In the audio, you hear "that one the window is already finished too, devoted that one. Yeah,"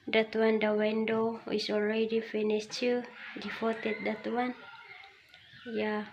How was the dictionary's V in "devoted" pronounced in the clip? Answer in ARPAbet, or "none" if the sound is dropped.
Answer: F